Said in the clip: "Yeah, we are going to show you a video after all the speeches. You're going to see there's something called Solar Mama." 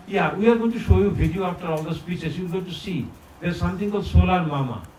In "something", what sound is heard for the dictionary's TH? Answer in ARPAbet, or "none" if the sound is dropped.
T